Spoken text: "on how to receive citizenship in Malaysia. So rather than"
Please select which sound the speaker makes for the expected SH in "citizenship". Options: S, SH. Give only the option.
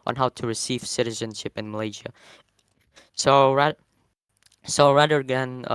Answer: SH